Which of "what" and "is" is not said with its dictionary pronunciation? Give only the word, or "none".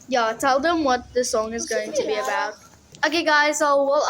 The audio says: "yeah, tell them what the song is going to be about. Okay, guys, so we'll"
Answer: none